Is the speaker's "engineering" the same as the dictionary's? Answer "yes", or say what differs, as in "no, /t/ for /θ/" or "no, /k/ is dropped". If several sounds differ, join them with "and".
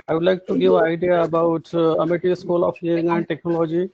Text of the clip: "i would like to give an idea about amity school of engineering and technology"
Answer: no, /dʒ/ is dropped